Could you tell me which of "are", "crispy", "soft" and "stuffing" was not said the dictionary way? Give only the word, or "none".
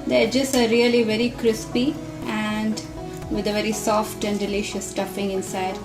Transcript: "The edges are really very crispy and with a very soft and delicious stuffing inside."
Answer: none